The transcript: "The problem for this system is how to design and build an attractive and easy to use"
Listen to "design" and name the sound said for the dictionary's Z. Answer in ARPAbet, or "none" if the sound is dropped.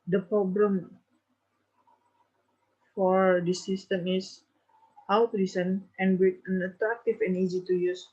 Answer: S